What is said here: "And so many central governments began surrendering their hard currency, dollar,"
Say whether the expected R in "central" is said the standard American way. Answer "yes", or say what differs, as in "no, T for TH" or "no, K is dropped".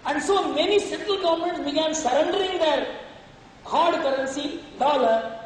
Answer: no, R is dropped